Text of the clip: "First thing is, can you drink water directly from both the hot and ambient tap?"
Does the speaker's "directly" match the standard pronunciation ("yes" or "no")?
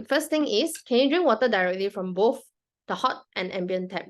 yes